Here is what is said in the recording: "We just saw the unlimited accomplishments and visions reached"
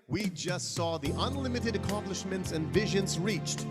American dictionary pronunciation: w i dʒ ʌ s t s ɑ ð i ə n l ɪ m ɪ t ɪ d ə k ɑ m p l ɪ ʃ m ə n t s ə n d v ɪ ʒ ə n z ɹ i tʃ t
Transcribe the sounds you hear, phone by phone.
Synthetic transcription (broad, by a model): w i dʒ ʌ s t s ɑ ð i ə n l ɪ m ɪ t ɪ d ə k ɑ m p l ɪ ʃ m ə n t s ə n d v ɪ ʒ ə n z ɹ i tʃ t